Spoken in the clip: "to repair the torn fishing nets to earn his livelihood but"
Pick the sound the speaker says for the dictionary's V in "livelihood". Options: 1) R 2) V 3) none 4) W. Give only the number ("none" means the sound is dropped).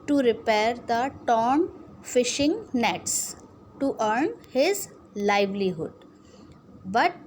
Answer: 2